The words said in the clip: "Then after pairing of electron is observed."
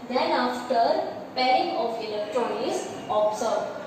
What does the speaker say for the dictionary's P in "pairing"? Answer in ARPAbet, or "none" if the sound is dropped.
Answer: P